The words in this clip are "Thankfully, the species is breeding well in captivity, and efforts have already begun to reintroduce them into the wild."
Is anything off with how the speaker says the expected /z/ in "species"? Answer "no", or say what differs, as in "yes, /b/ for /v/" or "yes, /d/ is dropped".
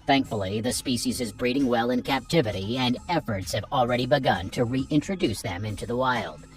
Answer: no